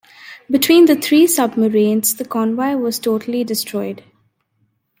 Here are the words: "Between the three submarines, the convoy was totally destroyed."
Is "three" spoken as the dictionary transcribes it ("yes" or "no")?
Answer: no